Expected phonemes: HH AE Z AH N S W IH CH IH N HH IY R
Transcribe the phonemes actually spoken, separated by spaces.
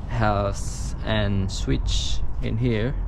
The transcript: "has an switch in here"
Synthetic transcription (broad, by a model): HH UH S AH N S W IH CH IH N HH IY R